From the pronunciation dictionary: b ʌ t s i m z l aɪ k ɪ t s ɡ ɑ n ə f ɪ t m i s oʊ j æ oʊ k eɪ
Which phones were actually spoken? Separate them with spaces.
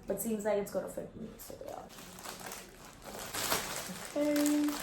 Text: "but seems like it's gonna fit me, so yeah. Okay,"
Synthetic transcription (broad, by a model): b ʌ t s i m z l aɪ k ɪ t s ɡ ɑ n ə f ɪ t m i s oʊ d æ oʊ k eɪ